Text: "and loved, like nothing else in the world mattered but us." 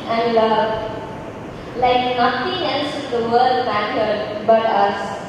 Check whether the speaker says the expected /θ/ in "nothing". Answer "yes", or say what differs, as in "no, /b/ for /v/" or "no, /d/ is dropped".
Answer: no, /t/ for /θ/